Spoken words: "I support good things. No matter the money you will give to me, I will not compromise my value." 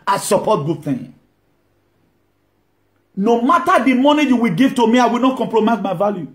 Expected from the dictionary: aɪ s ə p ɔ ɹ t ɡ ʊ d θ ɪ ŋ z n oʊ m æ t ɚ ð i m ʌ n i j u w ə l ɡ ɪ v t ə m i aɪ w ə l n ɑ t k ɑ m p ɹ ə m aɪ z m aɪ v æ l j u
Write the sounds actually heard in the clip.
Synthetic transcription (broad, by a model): aɪ s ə p ɔ t ɡ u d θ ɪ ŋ n oʊ m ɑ t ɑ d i m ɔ n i j u w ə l ɡ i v t ə m i aɪ w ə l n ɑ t k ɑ m p ɹ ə m aɪ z m aɪ v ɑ l j u